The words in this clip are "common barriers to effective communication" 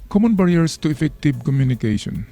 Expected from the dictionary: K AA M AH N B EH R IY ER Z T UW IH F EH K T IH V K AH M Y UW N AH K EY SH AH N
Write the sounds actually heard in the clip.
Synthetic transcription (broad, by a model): K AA M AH N B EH R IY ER S T UW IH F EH K T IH B K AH M Y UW N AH K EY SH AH N